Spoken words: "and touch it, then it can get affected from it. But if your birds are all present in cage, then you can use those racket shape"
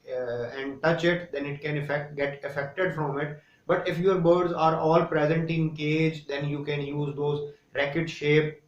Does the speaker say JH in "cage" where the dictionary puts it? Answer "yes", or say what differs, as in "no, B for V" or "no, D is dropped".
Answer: yes